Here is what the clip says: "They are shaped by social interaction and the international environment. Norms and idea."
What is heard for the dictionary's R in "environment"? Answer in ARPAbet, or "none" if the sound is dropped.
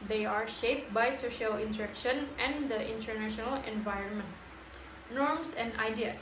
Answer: R